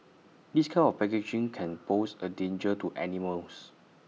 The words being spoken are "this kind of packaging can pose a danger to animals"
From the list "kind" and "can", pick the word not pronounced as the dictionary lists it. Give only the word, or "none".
kind